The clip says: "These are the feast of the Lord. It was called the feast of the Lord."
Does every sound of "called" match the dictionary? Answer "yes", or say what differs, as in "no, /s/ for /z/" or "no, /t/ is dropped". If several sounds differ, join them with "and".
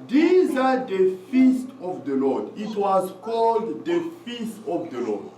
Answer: yes